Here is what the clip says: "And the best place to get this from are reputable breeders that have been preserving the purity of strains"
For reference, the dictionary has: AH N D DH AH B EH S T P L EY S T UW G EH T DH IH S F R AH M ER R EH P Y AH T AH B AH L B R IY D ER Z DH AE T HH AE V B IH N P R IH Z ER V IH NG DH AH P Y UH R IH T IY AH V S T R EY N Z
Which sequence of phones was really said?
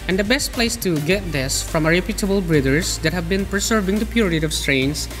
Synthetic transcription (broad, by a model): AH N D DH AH B EH S T P L EY S T UW G EH T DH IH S F R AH M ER R EH P Y AH T AH B AH L B R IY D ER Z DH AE T HH AE V B IH N P R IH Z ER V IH NG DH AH P Y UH R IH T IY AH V S T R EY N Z